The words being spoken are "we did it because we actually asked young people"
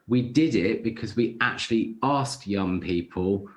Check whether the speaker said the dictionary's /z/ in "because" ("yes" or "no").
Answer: yes